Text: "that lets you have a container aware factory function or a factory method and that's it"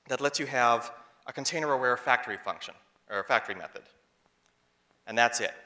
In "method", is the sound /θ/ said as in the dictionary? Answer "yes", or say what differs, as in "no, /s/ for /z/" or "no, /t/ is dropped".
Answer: yes